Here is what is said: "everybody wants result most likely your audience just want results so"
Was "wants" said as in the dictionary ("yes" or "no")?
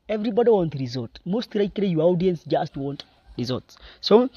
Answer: no